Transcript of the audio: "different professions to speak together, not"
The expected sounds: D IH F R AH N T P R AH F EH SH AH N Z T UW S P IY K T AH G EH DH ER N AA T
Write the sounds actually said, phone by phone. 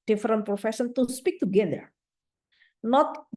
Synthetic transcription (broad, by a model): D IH F R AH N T P R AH F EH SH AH N T UW S P IY K T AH G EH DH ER N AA T